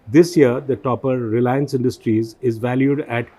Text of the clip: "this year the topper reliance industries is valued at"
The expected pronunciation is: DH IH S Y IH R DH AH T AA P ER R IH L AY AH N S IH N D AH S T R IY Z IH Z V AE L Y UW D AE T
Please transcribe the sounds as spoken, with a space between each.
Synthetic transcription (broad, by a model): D IH S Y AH R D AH T AA P ER R IH L AY AH N S IH N D AH S T R IY Z IH Z V AE L Y UW D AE T